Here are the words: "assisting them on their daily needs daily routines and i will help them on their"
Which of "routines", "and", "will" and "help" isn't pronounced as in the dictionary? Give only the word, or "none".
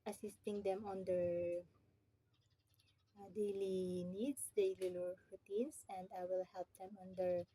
routines